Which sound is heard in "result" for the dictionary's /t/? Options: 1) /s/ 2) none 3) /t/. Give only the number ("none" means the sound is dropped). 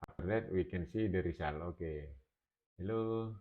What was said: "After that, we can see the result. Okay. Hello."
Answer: 2